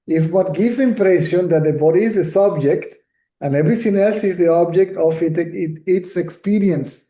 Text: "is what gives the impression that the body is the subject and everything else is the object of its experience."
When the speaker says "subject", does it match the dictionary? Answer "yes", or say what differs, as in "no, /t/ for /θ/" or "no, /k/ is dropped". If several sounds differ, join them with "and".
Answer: yes